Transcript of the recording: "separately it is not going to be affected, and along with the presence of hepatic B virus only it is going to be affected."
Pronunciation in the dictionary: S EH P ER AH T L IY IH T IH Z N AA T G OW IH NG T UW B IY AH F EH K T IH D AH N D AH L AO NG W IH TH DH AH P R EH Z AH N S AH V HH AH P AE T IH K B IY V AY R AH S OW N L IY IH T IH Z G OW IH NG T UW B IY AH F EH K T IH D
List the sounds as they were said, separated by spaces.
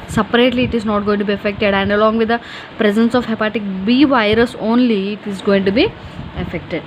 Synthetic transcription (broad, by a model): S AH P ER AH T L IY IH T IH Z N AA T G OW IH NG T UW B IY AH F EH K T IH D AH N D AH L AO NG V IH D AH P R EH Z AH N S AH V HH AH P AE T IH K B IY V AY R AH S OW N L IY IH T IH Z G OW IH NG T UW B IY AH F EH K T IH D